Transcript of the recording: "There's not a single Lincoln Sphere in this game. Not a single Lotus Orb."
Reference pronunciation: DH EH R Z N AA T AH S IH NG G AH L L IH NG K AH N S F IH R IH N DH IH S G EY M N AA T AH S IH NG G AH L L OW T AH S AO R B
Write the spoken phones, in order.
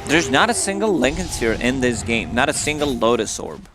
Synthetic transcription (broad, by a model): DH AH R Z N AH T AH S IH NG G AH L L IH NG K AH N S IH R IH N DH IH S G EY M N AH T AH S IH NG G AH L L OW T AH S AO R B